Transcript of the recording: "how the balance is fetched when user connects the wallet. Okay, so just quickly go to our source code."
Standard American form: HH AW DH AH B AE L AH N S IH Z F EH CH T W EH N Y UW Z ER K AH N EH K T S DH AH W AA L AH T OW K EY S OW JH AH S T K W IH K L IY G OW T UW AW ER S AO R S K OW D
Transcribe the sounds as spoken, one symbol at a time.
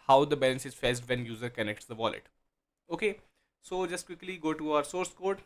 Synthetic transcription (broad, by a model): HH AW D AH B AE L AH N S IH Z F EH S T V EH N Y UW Z ER K AH N EH K T S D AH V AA L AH T OW K EY S OW JH AH S T K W IH K L IY G OW T UW AW ER S AO R S K OW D